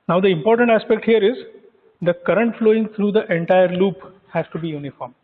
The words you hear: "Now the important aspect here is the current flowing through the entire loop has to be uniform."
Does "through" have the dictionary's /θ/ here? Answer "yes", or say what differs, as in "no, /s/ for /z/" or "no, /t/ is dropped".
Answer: no, /t/ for /θ/